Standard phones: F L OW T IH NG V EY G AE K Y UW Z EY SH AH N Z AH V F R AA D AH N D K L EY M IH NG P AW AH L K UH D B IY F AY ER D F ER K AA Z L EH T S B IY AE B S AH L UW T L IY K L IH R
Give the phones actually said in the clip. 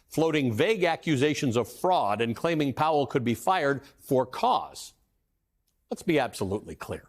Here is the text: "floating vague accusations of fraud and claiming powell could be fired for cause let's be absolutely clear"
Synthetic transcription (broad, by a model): F L OW T IH NG V EY G AE K Y UW Z EY SH AH N Z AH V F R AA D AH N K L EY M IH NG P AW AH L K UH D B IY F AY ER D F ER K AA Z L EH T S B IY AE B S AH L UW T L IY K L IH R